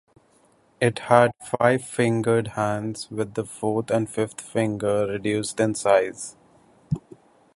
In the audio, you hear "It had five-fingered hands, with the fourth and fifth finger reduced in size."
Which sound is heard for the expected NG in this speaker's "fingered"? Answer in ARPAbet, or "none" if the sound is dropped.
NG